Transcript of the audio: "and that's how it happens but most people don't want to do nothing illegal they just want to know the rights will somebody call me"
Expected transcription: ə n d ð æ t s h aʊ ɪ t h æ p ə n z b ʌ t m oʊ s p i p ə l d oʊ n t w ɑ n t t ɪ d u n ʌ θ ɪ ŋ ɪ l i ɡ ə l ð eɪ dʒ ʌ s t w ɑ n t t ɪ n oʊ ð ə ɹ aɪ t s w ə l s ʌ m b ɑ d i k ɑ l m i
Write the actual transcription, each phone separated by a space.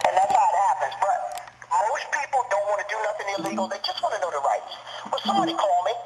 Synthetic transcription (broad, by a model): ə n ð æ t s h aʊ ɪ t h æ p ə n z b ʌ t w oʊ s p i p l d oʊ n t w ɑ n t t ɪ d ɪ n ʌ θ ɪ ŋ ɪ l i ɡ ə l ð eɪ dʒ ʌ s t w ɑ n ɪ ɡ oʊ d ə ɹ aɪ t s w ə s ʌ m b ɑ d i k ɑ l m i